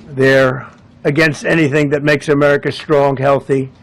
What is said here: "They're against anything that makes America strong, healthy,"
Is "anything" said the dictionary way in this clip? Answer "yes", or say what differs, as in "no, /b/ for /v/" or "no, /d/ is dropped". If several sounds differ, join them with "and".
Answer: yes